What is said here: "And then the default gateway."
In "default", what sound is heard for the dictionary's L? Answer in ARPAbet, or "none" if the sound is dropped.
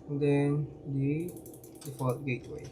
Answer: none